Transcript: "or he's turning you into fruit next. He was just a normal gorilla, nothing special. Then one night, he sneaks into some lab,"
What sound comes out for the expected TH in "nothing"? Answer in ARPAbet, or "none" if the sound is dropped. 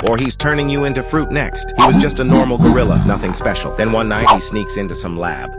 TH